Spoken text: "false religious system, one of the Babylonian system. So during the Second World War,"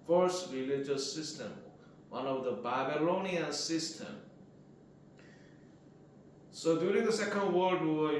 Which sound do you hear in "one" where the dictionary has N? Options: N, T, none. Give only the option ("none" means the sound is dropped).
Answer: N